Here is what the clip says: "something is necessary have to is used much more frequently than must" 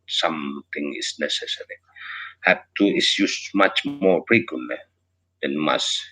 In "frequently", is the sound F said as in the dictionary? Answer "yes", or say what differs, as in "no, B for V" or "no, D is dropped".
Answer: no, P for F